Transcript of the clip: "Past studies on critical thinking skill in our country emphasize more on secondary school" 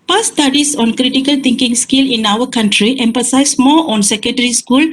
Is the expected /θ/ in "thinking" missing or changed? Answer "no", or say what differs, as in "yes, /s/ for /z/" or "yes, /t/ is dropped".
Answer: yes, /t/ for /θ/